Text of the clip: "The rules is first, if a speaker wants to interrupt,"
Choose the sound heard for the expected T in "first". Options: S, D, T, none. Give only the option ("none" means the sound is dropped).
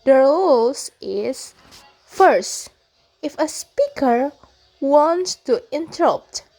T